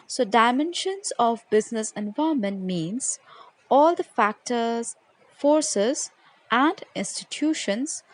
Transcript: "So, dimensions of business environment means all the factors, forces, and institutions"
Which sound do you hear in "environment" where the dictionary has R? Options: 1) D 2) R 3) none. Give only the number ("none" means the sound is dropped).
3